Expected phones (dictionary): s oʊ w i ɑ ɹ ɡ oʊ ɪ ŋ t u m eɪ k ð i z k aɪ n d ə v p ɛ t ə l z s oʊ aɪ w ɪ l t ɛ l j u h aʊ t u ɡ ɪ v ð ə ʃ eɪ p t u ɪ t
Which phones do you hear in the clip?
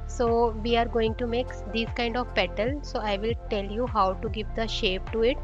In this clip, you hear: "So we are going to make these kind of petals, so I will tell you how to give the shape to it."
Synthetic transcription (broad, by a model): s oʊ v i ɑ ɹ ɡ oʊ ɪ ŋ t u m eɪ k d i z k aɪ n d ə v p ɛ t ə l s oʊ aɪ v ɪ l t ɛ l j u h aʊ t u ɡ ɪ v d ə ʃ eɪ p t u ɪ t